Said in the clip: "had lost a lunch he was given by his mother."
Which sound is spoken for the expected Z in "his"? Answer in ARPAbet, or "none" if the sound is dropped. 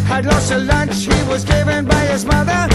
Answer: Z